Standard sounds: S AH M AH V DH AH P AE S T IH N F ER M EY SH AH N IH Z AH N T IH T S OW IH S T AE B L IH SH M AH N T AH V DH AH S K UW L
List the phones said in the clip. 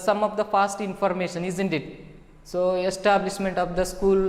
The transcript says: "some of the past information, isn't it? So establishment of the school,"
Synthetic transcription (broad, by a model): S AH M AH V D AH F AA S T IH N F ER M EY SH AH N IH Z AH N T IH T S OW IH S T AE B L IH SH M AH N T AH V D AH S K UW L